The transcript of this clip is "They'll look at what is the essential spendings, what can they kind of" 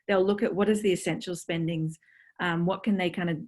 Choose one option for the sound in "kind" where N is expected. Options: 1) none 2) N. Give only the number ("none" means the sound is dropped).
2